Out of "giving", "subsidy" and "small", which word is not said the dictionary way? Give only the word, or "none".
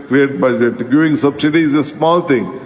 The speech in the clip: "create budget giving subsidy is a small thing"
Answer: giving